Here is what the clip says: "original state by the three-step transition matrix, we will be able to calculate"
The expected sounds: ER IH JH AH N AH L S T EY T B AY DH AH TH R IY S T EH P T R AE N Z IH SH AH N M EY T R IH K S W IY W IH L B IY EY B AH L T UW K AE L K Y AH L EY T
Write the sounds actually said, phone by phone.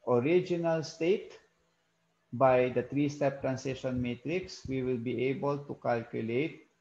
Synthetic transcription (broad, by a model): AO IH JH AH N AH L S T EY T B AY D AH T R IY S T EH P T R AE N S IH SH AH N M EY T R IH K S W IY W IH L B IY EY B AH L T UW K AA L K Y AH L EY T